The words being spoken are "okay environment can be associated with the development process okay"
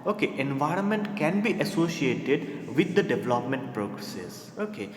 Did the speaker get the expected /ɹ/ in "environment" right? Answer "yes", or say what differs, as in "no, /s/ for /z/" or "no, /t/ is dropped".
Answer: yes